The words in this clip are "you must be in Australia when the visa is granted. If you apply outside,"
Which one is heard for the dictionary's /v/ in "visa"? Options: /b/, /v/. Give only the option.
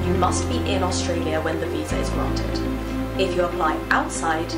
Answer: /v/